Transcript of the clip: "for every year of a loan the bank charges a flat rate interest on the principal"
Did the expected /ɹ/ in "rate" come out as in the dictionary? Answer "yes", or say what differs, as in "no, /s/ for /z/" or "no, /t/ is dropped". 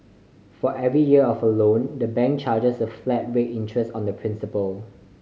no, /w/ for /ɹ/